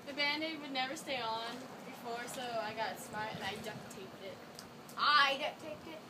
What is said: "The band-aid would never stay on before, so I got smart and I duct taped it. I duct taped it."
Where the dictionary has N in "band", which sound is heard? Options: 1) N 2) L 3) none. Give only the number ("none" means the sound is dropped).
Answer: 1